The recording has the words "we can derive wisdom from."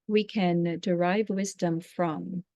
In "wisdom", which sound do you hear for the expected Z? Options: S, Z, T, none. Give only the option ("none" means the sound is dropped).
Z